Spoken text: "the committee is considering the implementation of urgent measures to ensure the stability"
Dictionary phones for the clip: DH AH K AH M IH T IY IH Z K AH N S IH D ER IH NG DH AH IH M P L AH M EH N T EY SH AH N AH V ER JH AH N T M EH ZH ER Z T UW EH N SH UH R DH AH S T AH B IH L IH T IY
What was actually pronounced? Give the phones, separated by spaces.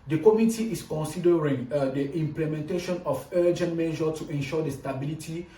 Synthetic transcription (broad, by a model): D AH K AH M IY T IY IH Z K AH N S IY D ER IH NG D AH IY M P L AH M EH N T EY SH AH N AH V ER JH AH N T M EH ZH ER T UW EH N SH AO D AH S T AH B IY L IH T IY